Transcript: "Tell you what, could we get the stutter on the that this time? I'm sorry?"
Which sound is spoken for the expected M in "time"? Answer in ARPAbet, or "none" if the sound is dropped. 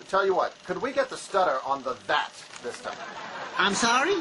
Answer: none